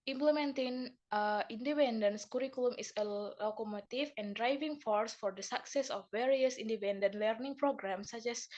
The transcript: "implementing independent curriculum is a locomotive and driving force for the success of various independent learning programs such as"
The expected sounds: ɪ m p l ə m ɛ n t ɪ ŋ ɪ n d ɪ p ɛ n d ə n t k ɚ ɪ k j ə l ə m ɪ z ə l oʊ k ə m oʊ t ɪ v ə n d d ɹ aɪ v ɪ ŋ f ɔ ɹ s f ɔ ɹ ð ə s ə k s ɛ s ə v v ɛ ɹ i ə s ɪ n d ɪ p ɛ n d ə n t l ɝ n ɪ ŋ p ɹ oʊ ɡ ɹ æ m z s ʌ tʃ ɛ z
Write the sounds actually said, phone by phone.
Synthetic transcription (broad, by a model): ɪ m p l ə m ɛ n t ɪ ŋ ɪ n d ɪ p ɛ n d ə n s k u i k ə l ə m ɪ s ə l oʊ k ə m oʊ t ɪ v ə n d d ɹ aɪ v ɪ ŋ f ɔ ɹ s f ɔ ɹ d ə s ə k s ɛ s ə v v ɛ ɹ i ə s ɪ n d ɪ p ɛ n d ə n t l ɝ n ɪ ŋ p ɹ oʊ ɡ ɹ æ m s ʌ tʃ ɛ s